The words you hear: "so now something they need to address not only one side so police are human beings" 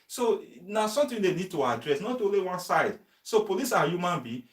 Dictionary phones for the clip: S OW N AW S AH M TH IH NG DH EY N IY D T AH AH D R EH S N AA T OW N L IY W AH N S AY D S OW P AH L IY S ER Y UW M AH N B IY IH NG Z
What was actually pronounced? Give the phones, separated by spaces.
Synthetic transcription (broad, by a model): S OW N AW S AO M T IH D EY N IY D T AH AH D R EH S N AA T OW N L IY W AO N S AY D S OW P AH L IY S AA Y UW M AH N B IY